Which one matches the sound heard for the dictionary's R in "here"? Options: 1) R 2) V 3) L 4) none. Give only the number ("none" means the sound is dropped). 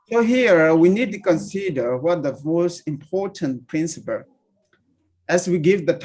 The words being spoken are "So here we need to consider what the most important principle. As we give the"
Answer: 1